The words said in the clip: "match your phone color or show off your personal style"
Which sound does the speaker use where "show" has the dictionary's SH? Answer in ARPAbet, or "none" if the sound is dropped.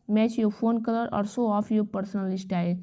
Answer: S